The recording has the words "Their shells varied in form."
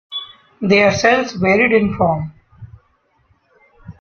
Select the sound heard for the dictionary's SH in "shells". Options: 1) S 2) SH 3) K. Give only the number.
1